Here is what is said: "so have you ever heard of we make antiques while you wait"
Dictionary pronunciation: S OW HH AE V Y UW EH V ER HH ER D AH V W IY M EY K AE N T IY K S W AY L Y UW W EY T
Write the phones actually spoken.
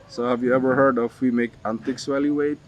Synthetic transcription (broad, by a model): S OW HH AE V Y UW EH V ER HH ER D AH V W IY M EY K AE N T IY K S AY L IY W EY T